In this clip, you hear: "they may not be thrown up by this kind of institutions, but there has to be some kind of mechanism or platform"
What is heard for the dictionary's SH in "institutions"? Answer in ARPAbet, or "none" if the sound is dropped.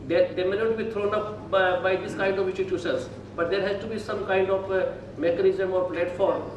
S